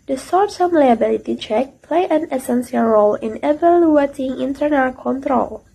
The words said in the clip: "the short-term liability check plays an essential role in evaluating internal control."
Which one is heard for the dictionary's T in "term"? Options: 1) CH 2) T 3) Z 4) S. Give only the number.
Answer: 4